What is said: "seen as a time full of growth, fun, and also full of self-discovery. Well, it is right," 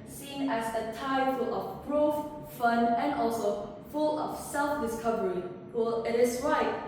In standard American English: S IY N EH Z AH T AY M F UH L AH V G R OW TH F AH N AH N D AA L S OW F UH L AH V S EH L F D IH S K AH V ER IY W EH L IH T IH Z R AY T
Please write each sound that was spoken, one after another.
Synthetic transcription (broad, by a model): S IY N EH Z AH T AY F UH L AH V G R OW F F AH N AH N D AA L S OW F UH L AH F S EH L F D IH S K AH V ER IY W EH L IH T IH S R AY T